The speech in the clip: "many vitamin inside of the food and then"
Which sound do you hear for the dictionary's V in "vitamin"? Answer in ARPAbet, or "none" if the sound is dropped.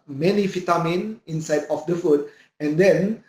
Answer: F